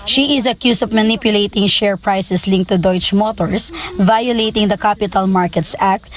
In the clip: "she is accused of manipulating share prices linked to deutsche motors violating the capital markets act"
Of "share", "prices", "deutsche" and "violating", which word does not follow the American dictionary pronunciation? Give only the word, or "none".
prices